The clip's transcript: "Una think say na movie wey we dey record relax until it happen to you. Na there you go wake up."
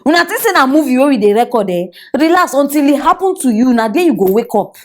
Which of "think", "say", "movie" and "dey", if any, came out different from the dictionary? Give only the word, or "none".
think